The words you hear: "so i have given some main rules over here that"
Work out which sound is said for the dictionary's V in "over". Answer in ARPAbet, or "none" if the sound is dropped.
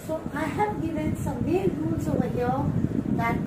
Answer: none